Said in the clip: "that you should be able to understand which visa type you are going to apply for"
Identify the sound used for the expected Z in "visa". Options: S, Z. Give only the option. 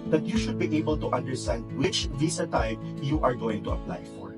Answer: S